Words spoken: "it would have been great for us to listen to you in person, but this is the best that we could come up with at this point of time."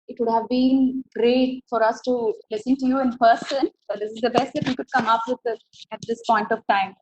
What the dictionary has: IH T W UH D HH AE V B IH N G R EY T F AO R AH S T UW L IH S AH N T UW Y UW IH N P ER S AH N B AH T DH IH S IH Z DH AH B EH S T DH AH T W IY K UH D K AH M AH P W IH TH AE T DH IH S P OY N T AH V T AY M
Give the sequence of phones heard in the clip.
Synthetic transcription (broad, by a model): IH T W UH D HH AE V B IH N G R EY T F AO R AH S T UW L IH S AH N T UW Y UW IH N P ER S AH N B AH T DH IH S IH Z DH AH B EH S T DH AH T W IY K UH D K AH M AH P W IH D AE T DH IH S P OY N T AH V T AY M